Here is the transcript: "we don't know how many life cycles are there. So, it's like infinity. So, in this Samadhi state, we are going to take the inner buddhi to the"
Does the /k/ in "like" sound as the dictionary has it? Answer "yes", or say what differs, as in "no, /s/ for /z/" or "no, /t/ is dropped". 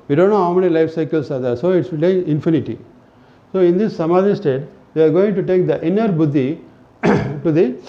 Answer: no, /k/ is dropped